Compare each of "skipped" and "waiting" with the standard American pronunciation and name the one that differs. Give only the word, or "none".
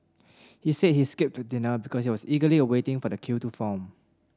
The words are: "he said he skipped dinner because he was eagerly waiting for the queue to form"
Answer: none